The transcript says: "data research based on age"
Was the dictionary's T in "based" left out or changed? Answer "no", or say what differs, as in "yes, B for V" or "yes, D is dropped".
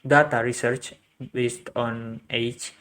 no